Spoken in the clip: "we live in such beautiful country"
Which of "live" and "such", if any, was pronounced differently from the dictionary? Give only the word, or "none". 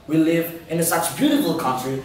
none